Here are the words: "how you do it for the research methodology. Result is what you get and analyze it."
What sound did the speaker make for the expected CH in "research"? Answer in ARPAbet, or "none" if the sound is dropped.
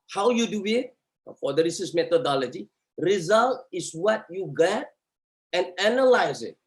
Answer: S